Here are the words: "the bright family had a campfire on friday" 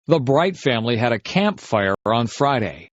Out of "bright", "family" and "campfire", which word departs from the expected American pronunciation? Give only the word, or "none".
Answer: none